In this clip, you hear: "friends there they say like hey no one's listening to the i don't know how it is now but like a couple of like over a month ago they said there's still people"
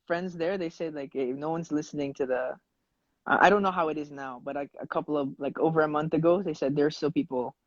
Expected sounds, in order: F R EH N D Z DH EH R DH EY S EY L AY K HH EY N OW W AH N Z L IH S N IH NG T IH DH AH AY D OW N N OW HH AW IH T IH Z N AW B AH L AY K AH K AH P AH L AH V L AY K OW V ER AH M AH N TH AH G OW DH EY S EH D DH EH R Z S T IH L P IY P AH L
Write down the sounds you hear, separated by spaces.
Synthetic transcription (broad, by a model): F R EH N D Z DH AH R DH EY S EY L AY K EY N OW W AH N Z L IH S N IH NG T IH DH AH AY D OW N N OW HH AW IH T IH Z N AW B AH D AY AH K AH P L AH V L AY K OW V ER AH M AH N TH AH G OW DH EY S EH D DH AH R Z S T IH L P IY P L